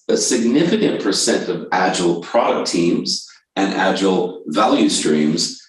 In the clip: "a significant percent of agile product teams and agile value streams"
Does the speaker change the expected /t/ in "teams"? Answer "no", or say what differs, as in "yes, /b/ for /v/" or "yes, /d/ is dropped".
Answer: no